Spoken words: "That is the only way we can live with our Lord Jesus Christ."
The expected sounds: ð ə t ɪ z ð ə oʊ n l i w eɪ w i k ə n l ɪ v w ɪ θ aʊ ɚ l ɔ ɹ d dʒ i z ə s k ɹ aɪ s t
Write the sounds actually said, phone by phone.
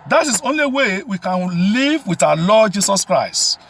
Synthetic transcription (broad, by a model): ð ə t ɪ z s oʊ n l i w eɪ w i k ə n l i v w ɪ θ aʊ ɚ l ɔ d dʒ i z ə s k ɹ aɪ s t